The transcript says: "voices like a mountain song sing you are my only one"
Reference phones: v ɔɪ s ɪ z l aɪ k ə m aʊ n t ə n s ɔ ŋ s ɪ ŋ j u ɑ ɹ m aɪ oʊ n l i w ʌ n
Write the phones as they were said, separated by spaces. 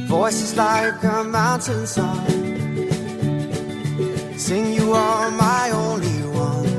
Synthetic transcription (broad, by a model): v ɔɪ s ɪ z l aɪ k ə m aʊ n t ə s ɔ s ɪ ŋ j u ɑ l m aɪ oʊ n l i w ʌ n